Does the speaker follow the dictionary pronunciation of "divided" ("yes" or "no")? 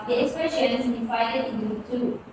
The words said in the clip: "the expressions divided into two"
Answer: no